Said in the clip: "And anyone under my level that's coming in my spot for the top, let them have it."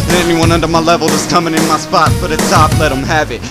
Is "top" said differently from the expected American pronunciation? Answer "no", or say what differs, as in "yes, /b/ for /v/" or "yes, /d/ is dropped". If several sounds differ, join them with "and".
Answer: yes, /f/ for /p/